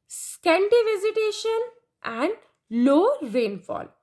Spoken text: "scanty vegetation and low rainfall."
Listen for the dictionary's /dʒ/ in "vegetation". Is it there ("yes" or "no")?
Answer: no